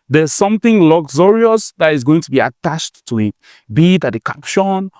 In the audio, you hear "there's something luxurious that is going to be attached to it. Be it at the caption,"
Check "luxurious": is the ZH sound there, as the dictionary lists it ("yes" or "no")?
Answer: no